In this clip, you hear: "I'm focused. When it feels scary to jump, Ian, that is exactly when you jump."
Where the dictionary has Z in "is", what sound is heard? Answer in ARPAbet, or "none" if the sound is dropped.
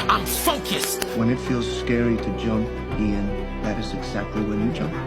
Z